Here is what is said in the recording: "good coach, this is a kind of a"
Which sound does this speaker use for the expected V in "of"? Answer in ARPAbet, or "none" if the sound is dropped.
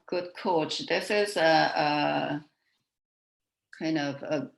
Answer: V